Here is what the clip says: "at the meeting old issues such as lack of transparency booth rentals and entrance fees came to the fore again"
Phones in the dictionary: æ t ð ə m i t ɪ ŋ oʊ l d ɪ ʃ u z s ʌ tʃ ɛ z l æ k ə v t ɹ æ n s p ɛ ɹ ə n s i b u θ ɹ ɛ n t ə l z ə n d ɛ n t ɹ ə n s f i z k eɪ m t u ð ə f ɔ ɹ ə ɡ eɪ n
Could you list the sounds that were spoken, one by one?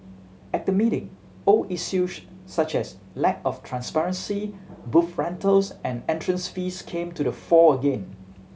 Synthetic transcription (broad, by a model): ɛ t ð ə m i t ɪ ŋ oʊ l ɪ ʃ u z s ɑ tʃ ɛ s l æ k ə f t ɹ æ n s p ɛ ɹ ə n s i b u f ɹ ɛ n t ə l s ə n ɛ n t ɹ ə n s f i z k eɪ m t u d ə f ɔ ə ɡ eɪ n